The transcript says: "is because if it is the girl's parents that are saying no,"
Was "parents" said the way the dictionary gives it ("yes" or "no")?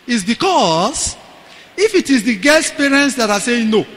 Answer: yes